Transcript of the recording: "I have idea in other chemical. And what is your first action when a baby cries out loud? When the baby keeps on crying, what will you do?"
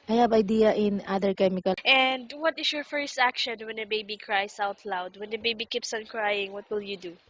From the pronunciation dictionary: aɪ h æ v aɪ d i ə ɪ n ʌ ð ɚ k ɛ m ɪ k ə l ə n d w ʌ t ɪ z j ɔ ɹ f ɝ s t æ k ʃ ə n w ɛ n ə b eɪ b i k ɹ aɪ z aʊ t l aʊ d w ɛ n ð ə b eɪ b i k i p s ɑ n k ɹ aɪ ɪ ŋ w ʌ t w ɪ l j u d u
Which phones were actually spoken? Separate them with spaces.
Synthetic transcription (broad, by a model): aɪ h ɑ b aɪ d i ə ɪ n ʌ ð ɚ k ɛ m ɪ k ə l ə n d w ʌ t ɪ s j ɔ ɹ f ɝ s t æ k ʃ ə n w ɛ n ə b eɪ b i k ɹ aɪ s aʊ t l aʊ d w ɛ n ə b eɪ b i k i p s ɑ n k ɹ aɪ ɪ ŋ w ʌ t w ɪ l j u d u